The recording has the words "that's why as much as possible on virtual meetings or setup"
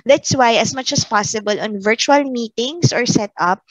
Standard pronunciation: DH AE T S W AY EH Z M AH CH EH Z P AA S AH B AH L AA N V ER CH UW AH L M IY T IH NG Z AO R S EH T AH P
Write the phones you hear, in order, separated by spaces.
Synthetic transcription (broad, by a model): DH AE T S W AY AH S M AH CH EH S P AA S AH B AH L AA N V ER CH UW AH L M IY T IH NG S AO R S EH T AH P